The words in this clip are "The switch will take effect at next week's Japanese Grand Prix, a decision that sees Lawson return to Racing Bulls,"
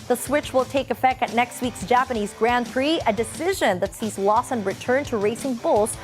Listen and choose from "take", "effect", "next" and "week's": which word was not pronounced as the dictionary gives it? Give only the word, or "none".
none